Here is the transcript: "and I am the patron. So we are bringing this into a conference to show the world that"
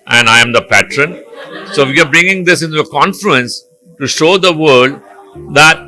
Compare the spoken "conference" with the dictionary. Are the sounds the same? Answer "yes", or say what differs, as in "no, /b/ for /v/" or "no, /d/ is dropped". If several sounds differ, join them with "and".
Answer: no, /l/ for /ɹ/